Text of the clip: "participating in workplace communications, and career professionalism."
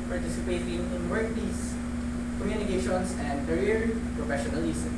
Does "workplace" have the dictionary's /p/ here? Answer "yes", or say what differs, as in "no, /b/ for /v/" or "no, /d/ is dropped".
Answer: no, /p/ is dropped